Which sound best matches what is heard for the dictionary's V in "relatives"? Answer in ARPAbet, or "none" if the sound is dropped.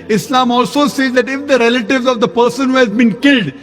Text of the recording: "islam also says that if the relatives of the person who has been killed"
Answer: V